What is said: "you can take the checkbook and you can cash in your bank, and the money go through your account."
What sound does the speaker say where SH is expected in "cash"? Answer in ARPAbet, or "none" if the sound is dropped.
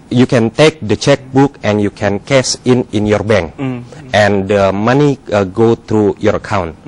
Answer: S